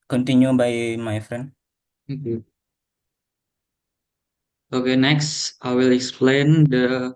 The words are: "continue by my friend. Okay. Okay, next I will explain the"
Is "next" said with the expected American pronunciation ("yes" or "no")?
yes